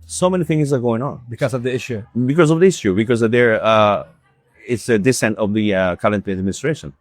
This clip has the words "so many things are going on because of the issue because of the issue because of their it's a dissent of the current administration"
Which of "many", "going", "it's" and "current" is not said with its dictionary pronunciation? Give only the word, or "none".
current